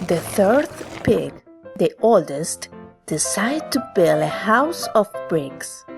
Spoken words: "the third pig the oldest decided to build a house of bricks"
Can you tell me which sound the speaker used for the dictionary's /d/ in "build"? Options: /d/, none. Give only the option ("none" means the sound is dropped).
none